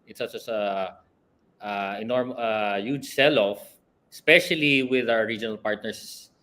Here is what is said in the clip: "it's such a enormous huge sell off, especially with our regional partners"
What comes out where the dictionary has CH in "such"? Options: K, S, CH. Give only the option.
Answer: S